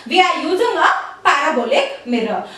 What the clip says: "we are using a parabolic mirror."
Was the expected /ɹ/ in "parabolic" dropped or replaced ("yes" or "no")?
yes